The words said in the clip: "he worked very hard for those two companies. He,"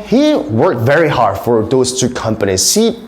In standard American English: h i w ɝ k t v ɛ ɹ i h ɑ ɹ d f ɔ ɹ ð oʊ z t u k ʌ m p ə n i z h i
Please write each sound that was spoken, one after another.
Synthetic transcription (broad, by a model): h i w ɝ k t v ɛ ɹ i h ɑ ɹ d f ɔ ɹ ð oʊ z t u k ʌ m p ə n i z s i